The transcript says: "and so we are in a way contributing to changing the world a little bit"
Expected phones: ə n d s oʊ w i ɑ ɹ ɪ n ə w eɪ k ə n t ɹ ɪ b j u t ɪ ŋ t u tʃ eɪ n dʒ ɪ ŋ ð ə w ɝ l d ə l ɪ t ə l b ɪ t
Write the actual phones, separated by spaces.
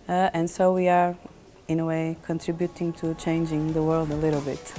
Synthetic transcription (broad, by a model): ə n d s oʊ w i ɑ ɹ ɪ n ə w eɪ k ə n t ɹ ɪ b j u t ɪ ŋ t u tʃ eɪ n dʒ ɪ ŋ ð ə w ɝ l d ə l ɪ t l b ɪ t